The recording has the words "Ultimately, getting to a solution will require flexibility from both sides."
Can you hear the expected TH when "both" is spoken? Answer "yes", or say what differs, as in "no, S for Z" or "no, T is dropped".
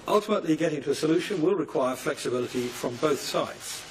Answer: yes